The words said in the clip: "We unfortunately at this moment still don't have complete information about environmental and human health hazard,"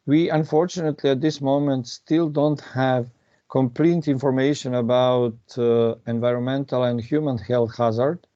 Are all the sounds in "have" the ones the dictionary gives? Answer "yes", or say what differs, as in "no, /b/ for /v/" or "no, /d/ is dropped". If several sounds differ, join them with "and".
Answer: yes